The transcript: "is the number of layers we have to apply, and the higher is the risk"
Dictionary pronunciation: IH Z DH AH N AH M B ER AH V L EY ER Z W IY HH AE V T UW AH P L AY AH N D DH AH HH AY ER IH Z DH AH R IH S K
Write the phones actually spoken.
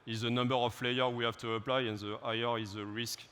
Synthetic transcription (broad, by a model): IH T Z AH N AH M B ER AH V L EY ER W IY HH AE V T UW AH P L AY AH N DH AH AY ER IH Z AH R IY S K